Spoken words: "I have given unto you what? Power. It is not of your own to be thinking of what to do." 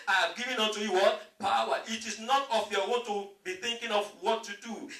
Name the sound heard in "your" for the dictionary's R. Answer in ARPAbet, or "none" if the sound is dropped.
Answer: W